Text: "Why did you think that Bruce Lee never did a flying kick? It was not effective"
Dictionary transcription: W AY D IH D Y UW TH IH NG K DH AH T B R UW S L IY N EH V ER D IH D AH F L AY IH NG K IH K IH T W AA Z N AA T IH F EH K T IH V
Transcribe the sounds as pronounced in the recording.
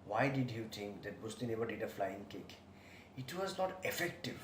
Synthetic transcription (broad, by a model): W AY D IH D Y UW T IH NG K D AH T B UW S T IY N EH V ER D IH D AH F L AY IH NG K IH K IH T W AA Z N AA T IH F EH K T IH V